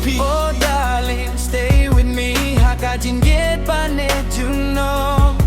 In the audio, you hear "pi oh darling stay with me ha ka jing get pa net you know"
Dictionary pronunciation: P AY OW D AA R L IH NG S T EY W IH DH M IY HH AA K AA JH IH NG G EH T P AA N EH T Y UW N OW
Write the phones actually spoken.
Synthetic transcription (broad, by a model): P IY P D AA L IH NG S T EY W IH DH M IY HH AA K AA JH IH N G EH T B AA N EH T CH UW N OW